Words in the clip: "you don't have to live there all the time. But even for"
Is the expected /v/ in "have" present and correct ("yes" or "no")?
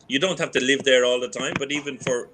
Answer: no